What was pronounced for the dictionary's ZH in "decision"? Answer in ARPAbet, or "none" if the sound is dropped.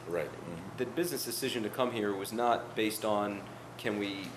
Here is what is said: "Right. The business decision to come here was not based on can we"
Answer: ZH